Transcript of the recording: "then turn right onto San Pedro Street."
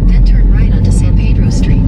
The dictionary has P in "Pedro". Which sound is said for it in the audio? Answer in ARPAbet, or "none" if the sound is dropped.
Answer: P